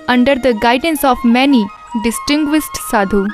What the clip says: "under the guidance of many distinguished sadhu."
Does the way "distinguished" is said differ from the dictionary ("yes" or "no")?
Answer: yes